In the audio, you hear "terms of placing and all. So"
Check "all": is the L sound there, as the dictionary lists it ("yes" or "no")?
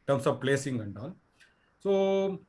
no